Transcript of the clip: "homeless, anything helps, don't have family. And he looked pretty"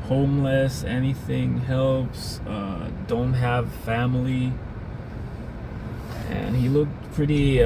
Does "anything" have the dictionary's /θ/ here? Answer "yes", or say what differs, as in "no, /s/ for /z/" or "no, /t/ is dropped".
yes